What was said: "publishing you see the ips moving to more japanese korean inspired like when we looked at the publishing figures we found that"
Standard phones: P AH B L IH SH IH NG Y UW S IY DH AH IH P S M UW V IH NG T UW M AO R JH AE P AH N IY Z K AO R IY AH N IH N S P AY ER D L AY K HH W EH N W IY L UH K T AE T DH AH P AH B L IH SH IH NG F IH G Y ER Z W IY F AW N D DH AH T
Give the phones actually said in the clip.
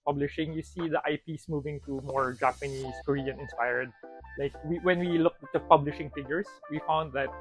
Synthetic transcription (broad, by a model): P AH B L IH SH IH NG Y UW S IY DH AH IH P S M UW V IH NG T UW M AO R JH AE P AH N IY S K AO R IY AH N IH N S P AY ER D L AY K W W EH N W IY L UH K T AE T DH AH P AH B L IH SH IH NG F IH G Y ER S W IY F AW N D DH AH T